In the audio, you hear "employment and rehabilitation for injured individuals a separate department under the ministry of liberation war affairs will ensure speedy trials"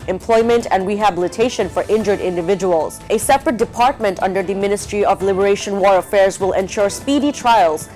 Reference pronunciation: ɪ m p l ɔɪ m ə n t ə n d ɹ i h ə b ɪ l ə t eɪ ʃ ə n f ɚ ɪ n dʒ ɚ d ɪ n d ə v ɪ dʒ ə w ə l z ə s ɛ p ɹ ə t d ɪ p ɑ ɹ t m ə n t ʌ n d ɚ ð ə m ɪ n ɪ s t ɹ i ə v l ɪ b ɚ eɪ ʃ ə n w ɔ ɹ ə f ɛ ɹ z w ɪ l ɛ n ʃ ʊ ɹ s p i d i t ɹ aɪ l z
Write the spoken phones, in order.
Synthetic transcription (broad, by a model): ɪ m p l ɔɪ m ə n t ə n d ɹ i h ə b ɪ l ə t eɪ ʃ ə n f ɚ ɪ n dʒ ɚ d ɪ n d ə v ɪ dʒ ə w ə l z ə s ɛ p ɹ ə t d ɪ p ɑ ɹ t m ə n t ʌ n d ɚ ð ə m ɪ n ɪ s t ɹ i ə v l ɪ b ɚ eɪ ʃ ə n w ɔ ɹ ə f ɛ ɹ z w ɪ l ɛ n ʃ ʊ ɹ s p i d i t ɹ aɪ l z